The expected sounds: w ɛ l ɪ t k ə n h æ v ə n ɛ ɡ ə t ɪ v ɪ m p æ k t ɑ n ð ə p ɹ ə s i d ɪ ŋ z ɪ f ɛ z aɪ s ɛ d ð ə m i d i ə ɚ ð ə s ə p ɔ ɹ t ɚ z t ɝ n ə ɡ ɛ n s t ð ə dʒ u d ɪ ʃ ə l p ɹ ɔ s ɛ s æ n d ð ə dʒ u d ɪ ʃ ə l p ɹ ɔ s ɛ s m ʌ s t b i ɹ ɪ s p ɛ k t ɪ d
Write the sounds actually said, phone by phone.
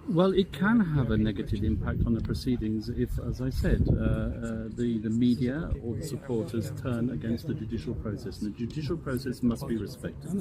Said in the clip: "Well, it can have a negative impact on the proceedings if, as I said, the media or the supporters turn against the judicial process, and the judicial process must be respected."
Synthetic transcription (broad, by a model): w ɛ l ɪ t k ə n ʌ v ə n ɛ ɡ ə t ɪ v ɪ m p æ k t n ð ə p ɹ ə s i d ɪ ŋ z ɪ f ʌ z aɪ s ɛ d ð ə m i d i ə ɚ ð ə s ə p ɔ ɹ t ɚ z t ɝ n ə ɡ ɛ n s t ð ə dʒ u d ɪ ʃ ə l p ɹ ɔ s ɛ s n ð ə dʒ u d ɪ ʃ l p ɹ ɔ s ɛ s m ʌ s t b i ɹ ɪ s p ɛ k t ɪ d